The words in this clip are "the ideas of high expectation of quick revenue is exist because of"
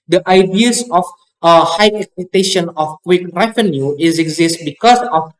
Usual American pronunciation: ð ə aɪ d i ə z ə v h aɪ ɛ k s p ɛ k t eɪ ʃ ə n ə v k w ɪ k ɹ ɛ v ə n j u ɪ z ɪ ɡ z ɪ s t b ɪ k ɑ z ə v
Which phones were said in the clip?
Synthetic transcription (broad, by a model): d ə aɪ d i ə s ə f h aɪ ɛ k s ɛ t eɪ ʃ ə n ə f k w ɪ k ɹ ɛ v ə n j u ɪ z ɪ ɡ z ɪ s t b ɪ k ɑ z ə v